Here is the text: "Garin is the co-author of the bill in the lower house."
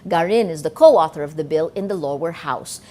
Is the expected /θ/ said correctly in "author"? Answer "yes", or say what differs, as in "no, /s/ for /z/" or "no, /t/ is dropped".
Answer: yes